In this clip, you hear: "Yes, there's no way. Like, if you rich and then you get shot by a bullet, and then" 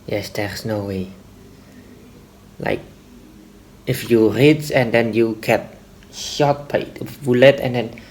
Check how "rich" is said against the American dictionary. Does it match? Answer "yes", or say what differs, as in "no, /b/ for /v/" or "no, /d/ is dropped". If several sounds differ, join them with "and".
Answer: no, /s/ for /tʃ/